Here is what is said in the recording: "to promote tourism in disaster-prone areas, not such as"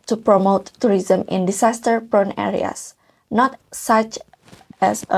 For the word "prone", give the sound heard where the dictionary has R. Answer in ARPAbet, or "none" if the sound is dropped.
R